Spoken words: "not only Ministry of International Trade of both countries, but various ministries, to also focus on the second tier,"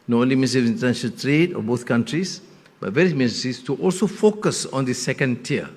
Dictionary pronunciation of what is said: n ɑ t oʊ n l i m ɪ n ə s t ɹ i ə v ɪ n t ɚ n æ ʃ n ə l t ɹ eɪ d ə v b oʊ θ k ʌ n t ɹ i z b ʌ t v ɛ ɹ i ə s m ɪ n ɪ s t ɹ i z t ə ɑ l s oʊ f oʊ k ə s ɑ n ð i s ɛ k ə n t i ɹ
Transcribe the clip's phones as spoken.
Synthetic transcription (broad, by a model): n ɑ oʊ n l i m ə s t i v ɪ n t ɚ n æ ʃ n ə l t ɹ eɪ d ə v b oʊ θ k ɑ n t ɹ i s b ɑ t v ɛ ɹ i ə s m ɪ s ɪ s t i t ɑ l s oʊ f oʊ k ə s ɑ n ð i s ɛ k ə n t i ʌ